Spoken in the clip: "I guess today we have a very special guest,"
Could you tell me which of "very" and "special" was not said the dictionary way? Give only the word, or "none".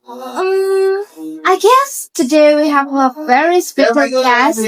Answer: special